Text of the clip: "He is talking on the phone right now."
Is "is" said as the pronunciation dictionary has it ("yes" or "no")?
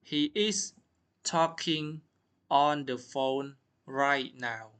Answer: no